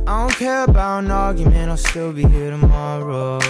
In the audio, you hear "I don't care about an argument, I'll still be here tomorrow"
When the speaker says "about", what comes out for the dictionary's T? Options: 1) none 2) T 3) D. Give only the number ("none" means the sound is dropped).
1